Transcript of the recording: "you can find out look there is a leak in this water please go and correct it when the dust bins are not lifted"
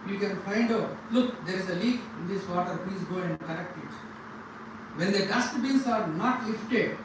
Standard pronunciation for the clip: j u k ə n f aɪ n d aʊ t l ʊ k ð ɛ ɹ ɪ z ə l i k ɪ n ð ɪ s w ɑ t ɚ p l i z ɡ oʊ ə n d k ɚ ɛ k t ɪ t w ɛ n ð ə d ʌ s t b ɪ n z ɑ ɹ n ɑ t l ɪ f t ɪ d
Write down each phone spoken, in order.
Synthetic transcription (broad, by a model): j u k ə n f aɪ n d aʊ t l ʊ k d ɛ ɹ ɪ z ə l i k ɪ n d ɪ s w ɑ t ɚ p i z ɡ oʊ ə n d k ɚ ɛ k t ɪ t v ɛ n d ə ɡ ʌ s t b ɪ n s ɑ ɹ n ɑ t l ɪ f t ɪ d